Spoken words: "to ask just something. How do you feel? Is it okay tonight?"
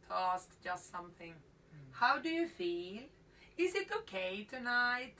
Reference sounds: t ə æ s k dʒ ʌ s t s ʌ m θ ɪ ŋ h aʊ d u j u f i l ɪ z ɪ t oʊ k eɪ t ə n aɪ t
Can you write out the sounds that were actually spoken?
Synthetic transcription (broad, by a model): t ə æ s k dʒ ʌ s t s ʌ m θ ɪ ŋ h aʊ d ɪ j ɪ f i l ɪ z ɪ t oʊ k eɪ t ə n aɪ t